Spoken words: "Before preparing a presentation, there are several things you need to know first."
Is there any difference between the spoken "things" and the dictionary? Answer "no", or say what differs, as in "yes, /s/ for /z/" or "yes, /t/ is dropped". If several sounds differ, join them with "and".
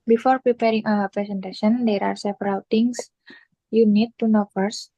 yes, /t/ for /θ/ and /s/ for /z/